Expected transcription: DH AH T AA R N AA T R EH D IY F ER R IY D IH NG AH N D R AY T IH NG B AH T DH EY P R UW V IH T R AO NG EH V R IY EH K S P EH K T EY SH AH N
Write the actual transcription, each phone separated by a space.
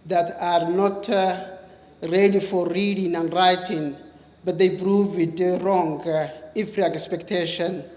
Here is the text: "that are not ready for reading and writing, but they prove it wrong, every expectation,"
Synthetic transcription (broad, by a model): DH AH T AA R N AA T R EH D IY F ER R IY D IH NG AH N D R AY T IH NG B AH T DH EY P R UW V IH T R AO NG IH F R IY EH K S P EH K T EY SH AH N